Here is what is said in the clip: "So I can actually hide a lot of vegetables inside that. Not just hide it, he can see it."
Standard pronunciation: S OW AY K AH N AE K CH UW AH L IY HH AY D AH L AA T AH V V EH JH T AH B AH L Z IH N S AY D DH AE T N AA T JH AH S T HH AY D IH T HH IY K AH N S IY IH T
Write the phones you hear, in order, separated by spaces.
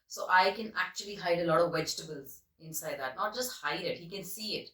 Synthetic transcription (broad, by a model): S OW AY K AH N AE K CH UW AH L IY HH AY D AH L AA T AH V V EH JH T AH B AH L Z IH N S AY D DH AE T N AA T JH AH S T HH AY D IH T HH IY K AH N S IY IH T